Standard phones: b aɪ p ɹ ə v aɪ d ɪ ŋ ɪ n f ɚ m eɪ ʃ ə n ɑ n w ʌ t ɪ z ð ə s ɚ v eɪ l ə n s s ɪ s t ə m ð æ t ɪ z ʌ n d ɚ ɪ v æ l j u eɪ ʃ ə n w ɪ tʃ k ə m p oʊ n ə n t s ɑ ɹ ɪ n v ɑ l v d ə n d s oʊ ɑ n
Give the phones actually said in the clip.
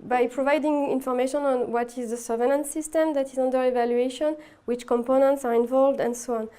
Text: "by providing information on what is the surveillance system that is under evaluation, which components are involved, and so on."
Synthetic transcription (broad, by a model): b aɪ p ɹ ə v aɪ d ɪ ŋ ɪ n f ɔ m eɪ ʃ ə n ɑ n w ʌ t ɪ z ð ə s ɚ v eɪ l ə n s s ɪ s t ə m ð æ t ɪ z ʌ n d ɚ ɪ v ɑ l j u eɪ ʃ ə n w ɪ tʃ k ə m p oʊ n ə n t s ɑ ɹ ɪ n v ɑ l v d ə n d s oʊ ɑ n